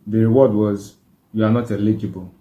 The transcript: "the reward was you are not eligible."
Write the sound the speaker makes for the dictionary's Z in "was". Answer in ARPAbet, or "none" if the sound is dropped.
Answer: Z